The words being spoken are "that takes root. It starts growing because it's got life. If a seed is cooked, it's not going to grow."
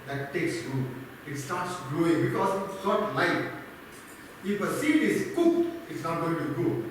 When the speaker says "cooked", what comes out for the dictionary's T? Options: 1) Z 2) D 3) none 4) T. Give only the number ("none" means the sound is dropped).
3